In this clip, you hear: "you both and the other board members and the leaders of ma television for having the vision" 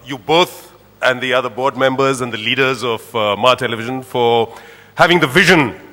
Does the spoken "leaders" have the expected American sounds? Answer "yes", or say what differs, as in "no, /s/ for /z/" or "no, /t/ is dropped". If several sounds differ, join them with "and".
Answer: yes